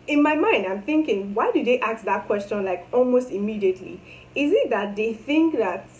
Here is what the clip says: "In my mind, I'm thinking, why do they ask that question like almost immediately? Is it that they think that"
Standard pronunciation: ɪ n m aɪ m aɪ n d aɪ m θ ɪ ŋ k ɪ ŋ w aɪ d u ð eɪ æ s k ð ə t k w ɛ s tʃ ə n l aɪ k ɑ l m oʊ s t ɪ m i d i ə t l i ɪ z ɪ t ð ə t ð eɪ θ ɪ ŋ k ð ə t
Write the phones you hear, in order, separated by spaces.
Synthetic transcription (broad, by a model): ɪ n m aɪ m aɪ n d aɪ m θ ɪ ŋ k ɪ ŋ w aɪ d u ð eɪ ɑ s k ð ə t k w ɛ s tʃ ə n l aɪ k ɑ l m oʊ s t ɪ m i d i ə t l i ɪ z ɪ t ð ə t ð eɪ θ ɪ ŋ k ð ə t